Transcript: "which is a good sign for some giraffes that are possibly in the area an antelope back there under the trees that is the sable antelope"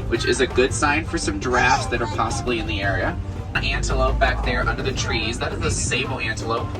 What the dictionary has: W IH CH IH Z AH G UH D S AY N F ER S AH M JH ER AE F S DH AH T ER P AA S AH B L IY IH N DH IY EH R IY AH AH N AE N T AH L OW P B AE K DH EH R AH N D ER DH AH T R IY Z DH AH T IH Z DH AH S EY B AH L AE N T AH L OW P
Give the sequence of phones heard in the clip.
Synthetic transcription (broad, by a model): W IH CH IH Z AH G UH D S AY N F ER S AH M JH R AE F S DH AH T ER P AA S AH B L IY IH N DH IY EH R IY AH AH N AE N T AH L OW P B AE K DH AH R AH N D ER DH AH T R IY Z DH AH T IH Z DH AH S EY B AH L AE N T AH L OW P